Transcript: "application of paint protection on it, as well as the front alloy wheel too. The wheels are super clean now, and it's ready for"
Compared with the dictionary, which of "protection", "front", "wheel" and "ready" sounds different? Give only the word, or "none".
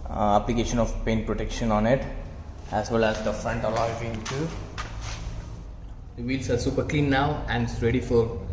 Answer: wheel